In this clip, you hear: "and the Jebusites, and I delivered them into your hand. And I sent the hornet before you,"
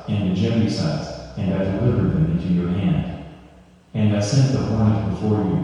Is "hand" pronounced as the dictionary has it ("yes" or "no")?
yes